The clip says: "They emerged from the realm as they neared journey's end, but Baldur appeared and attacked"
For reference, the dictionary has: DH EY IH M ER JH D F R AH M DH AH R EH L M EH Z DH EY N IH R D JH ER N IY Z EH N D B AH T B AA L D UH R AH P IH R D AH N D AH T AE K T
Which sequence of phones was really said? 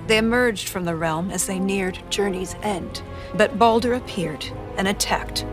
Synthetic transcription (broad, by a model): DH EY IH M ER JH D F R AH M DH AH R EH L M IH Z DH EY N IH R D JH ER N IY Z EH N D B AH T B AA L D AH R AH P IH R D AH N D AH T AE K T